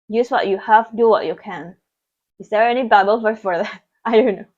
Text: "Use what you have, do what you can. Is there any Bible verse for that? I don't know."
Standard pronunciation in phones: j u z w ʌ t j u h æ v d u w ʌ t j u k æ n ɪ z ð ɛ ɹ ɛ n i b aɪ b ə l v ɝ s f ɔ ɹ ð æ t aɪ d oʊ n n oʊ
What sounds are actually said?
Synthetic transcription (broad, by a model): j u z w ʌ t j u h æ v d u w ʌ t j u k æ n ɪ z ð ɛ ɹ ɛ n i b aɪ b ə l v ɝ f ɔ ɹ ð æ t aɪ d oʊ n n oʊ